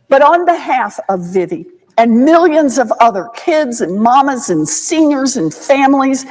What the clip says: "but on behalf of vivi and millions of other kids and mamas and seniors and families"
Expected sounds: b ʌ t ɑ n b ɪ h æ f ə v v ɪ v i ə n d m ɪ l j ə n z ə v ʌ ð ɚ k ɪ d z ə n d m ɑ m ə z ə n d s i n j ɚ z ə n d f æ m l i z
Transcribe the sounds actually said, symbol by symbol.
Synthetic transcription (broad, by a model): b ʌ t n b ɪ h æ f ə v v ɪ v i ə n m ɪ l j ə n z ə v ʌ ð ɚ k ɪ d z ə n m ɑ m ə z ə n s i n j ɚ z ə n f æ m l i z